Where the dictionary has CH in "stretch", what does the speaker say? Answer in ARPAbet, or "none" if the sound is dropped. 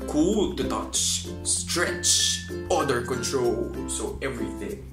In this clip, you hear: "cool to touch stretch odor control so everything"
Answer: CH